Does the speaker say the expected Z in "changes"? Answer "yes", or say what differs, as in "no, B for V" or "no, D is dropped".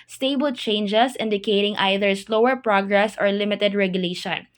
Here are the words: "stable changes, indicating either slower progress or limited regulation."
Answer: no, S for Z